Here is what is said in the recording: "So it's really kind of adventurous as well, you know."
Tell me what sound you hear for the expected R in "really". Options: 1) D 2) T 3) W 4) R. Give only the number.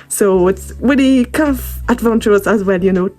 3